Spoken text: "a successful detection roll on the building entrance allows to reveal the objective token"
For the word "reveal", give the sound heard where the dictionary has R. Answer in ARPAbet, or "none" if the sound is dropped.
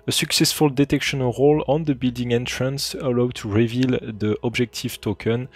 R